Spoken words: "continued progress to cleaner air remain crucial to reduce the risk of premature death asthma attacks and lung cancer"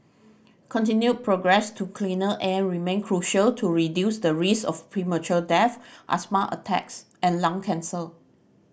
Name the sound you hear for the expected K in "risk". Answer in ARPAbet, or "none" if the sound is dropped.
none